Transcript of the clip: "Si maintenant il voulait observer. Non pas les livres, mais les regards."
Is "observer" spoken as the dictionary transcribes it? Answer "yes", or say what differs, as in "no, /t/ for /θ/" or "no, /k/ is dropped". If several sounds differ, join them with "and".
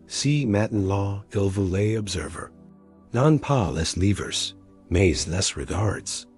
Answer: yes